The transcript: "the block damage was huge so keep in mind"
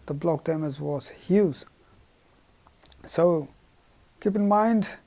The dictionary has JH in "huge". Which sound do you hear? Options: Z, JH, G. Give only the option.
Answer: Z